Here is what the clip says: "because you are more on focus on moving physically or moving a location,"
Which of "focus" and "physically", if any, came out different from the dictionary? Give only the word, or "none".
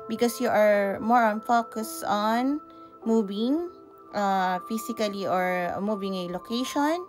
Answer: physically